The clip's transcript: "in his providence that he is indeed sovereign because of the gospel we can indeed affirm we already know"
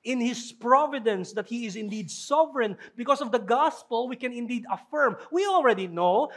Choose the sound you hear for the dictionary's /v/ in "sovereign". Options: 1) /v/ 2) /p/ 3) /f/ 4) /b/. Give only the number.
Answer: 1